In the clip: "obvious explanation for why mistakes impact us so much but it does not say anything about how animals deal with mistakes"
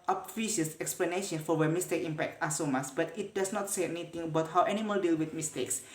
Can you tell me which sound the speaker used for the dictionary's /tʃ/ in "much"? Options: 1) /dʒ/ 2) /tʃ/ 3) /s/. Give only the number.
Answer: 3